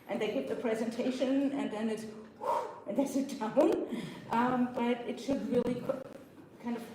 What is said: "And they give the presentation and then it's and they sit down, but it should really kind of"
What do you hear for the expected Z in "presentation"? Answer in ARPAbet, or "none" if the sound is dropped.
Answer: Z